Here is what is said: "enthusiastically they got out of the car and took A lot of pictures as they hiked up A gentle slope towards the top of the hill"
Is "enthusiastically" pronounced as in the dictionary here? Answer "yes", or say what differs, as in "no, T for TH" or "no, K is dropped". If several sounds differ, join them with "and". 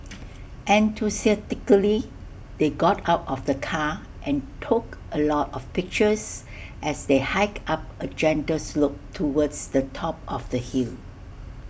no, T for TH and S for Z and S is dropped